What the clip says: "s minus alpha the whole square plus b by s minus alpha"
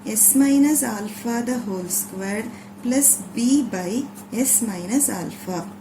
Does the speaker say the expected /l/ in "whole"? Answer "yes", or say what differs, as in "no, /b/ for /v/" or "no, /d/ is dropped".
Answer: yes